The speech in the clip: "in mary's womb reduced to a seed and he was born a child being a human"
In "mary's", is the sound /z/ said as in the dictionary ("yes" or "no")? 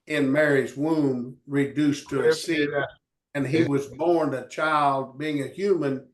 yes